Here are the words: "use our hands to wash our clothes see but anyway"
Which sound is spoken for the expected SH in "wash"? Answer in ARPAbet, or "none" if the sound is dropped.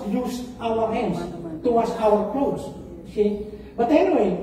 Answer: S